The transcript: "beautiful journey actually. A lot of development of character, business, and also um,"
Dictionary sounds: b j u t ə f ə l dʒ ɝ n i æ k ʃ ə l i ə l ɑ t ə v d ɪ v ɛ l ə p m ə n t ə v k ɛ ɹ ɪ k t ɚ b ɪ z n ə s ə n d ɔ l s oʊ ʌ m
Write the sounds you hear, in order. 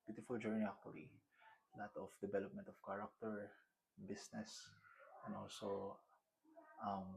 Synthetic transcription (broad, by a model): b j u t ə f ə l dʒ ɝ n i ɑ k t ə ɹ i l ɑ t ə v d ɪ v ɛ l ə p m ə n t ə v k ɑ ɹ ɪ k t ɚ b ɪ s n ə s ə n ɔ l s oʊ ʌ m